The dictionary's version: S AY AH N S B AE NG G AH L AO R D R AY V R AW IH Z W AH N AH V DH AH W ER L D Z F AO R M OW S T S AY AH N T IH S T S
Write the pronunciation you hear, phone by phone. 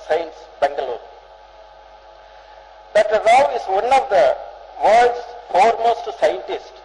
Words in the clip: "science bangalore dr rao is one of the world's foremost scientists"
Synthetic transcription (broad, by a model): S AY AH N S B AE NG G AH L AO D AY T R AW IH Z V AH N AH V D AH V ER D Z F AO R M OW S T S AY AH N T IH S T